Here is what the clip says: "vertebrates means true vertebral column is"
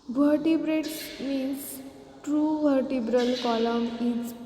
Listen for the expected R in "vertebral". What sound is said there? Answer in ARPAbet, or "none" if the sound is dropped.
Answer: R